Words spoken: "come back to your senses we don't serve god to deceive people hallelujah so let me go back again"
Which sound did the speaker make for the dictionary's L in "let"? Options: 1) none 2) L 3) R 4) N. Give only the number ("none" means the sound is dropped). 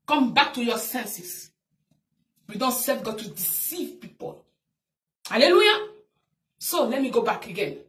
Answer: 2